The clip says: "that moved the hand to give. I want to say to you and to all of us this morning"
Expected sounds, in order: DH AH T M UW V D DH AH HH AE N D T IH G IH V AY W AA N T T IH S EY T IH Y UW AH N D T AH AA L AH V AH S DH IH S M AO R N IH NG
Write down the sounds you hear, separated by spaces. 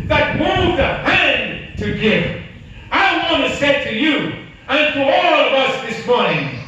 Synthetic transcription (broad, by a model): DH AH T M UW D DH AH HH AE N T IH G IH V AY W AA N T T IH S EY T IH Y UW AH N T AH AA L AH V AH S DH IH S M AO R N IH NG